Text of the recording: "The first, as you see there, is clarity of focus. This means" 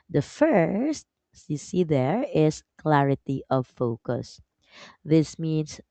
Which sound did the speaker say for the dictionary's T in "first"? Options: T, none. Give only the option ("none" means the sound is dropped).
T